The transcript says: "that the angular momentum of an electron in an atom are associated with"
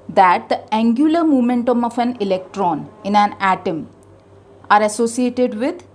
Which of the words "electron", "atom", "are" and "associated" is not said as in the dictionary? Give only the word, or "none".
none